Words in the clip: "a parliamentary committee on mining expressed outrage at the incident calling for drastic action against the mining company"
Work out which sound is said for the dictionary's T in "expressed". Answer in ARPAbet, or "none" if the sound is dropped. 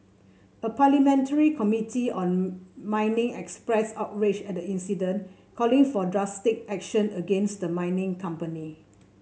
none